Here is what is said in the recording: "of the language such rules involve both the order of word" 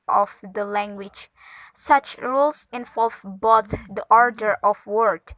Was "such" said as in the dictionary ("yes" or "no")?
yes